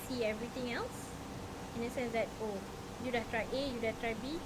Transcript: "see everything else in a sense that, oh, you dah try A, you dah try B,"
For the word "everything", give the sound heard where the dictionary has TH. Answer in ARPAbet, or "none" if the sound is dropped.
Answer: T